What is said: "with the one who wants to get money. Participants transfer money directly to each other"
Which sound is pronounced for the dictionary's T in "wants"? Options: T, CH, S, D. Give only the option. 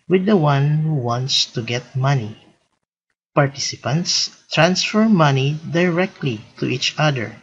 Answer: T